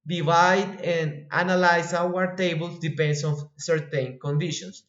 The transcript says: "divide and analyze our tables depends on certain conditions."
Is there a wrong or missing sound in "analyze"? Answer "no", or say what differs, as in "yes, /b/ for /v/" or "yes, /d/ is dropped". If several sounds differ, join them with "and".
yes, /s/ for /z/